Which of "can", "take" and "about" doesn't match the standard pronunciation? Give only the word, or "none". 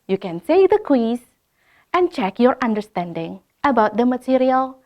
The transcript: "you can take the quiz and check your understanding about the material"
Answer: take